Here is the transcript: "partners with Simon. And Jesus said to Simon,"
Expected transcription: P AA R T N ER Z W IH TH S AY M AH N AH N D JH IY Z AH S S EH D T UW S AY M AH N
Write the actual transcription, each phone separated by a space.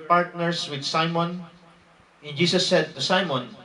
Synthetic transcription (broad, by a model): P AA R T N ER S W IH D S AY M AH N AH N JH IY S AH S S EH D T UW S AY M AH N